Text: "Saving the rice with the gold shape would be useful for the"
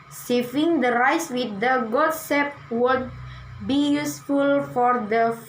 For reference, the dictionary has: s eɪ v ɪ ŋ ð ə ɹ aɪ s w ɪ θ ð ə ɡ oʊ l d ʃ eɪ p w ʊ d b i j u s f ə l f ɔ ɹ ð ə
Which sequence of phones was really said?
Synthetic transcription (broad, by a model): s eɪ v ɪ ŋ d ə ɹ aɪ s w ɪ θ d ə ɡ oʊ d s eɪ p w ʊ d b i j u s f ə l f ɔ ɹ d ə